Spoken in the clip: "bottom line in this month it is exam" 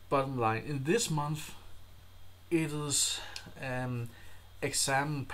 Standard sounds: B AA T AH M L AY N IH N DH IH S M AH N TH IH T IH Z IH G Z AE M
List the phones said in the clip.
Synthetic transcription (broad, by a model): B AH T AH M L AY N IH N DH IH S M AH N TH IH T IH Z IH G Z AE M